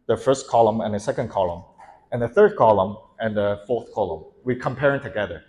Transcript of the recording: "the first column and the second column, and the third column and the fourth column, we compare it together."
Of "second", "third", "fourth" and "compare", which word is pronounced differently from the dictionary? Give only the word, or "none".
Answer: none